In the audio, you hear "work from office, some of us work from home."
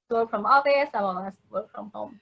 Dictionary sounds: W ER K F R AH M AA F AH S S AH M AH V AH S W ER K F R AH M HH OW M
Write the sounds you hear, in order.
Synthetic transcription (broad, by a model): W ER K F R AH M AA AH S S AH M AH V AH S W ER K F R AH M HH OW M